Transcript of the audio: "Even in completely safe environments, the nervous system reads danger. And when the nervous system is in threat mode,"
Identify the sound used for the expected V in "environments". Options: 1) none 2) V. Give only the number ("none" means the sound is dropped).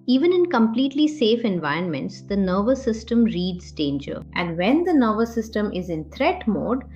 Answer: 2